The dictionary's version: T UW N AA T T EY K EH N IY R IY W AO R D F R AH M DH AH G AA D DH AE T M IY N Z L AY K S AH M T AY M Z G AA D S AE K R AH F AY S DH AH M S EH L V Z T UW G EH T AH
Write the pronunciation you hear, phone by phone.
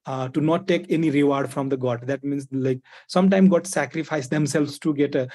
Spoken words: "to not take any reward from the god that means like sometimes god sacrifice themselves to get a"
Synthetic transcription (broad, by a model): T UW N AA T T EY K EH N IY R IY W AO R D F R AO M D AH G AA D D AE T M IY N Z L AY K S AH M T AY M G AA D S AE K R AH F AY S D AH M S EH L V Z T UW G EH T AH